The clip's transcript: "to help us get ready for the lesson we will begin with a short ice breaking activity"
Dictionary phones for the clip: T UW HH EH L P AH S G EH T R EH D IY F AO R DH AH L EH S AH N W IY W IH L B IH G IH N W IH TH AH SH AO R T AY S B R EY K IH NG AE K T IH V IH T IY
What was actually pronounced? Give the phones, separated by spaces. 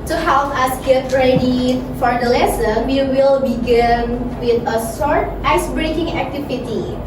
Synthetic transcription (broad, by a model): T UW HH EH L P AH S G EH T R EH D IY F AO R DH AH L EH S AH N W IY W IH L B IH G IH N W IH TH AH S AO R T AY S B R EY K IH NG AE K T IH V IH T IY